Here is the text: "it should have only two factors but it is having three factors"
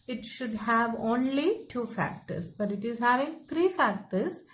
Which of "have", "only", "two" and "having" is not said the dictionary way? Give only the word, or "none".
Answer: none